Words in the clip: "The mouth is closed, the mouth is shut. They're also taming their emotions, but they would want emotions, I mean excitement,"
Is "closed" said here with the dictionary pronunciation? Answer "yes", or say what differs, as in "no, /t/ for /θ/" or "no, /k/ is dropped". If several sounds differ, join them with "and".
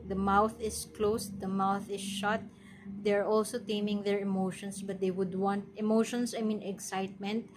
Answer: no, /s/ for /z/